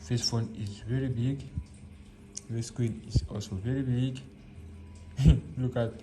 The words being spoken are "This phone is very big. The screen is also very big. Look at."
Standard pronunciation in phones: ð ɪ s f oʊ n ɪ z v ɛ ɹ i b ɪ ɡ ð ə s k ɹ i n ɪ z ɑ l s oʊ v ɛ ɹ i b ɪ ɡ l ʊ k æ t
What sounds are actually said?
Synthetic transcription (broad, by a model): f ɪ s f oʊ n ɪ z v ɛ ɹ i b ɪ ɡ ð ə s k w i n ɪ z ɑ l s oʊ v ɛ ɹ i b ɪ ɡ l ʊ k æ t